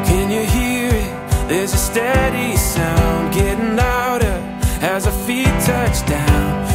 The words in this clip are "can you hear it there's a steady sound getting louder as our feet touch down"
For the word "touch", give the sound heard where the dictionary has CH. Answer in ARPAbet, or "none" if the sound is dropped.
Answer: CH